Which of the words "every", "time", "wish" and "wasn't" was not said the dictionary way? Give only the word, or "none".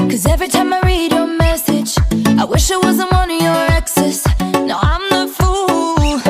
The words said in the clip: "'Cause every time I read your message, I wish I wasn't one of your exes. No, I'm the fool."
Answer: none